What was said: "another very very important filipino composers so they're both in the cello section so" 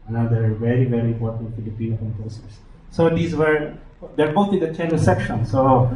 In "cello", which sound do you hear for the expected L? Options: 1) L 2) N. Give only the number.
2